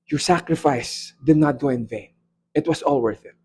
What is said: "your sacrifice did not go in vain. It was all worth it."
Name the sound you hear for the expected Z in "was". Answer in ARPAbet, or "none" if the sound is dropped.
S